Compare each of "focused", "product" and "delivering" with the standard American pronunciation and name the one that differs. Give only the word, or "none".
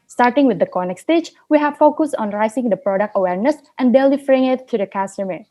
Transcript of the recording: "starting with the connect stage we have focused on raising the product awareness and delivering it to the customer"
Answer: delivering